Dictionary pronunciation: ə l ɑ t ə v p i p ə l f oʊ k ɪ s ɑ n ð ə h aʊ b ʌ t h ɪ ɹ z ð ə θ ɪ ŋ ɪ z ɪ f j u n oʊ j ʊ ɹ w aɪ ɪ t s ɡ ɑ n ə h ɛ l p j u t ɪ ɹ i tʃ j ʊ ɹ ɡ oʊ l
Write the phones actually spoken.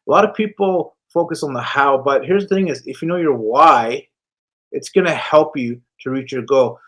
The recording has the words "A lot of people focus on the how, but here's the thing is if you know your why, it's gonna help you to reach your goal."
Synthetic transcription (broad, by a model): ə l ɑ t ə v p i p l f oʊ k ɪ s n ð ə h aʊ b ʌ t h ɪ ɹ z ð ə θ ɪ ŋ ɪ z ɪ f j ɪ n oʊ j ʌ ɹ w aɪ ɪ t s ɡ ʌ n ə h ɛ l p j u t ɪ ɹ i tʃ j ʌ ɹ ɡ oʊ